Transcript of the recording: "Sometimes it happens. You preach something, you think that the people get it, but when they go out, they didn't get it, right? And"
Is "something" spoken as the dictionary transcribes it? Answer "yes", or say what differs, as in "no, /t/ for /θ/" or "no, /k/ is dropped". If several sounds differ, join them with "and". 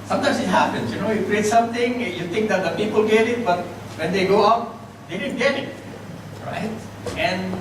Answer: no, /t/ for /θ/